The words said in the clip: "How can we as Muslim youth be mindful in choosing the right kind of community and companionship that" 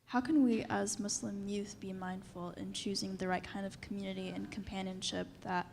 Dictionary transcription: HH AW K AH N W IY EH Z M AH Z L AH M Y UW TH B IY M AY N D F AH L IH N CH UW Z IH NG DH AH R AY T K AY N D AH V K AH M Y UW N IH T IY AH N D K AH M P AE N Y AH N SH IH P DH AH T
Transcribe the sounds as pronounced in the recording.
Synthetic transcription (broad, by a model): HH AW K AH N W IY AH Z M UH S L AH M Y UW TH B IY M AY N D F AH L IH N CH UW Z IH NG DH AH R AY T K AY N D AH V K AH M Y UW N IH T IY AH N K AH M P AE N Y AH N SH IH P DH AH T